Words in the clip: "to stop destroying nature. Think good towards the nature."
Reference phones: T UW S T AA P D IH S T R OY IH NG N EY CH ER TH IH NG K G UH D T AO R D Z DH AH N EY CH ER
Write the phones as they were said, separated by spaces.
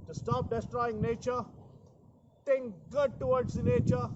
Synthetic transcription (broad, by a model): T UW S T AA P D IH S T R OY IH NG N EY CH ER T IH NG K G UH D T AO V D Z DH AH N EY CH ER